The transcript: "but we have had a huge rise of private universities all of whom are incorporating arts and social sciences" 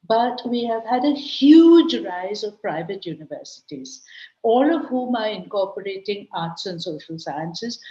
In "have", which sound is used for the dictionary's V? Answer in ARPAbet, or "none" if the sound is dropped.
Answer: V